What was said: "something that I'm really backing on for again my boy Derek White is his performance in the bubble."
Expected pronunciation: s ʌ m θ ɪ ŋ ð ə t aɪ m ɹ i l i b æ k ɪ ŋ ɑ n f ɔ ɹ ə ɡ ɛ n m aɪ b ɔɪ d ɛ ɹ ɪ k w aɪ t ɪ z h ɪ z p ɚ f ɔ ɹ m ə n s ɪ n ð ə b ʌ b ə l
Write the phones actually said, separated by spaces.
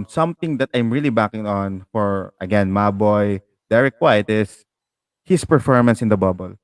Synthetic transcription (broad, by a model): s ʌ m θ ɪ ŋ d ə t aɪ m ɹ i l i b æ k ɪ ŋ ɑ n f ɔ ɹ ə ɡ ɛ n m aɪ b ɔɪ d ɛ ɹ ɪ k w aɪ t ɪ s h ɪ s p ɚ f ɔ ɹ m ə n s ɪ n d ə b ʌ b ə l